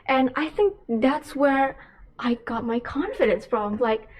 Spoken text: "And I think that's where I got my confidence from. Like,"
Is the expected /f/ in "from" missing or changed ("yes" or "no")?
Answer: yes